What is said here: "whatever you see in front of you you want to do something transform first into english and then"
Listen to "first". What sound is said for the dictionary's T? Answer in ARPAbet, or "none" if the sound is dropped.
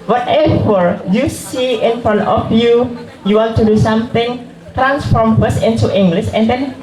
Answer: none